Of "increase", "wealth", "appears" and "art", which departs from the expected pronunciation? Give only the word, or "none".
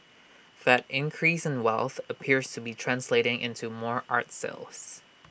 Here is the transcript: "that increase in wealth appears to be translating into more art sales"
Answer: none